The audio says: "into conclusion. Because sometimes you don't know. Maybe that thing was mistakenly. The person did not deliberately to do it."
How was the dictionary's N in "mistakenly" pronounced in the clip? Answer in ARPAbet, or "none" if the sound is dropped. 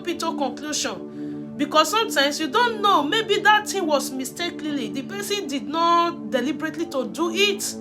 none